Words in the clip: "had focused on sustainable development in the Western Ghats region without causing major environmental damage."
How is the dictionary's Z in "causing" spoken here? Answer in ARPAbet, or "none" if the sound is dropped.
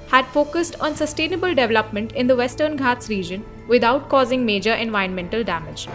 Z